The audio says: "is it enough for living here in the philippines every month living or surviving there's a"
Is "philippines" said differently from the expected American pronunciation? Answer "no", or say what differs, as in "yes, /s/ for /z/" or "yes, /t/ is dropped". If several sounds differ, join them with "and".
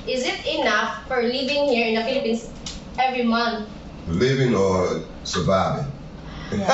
yes, /s/ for /z/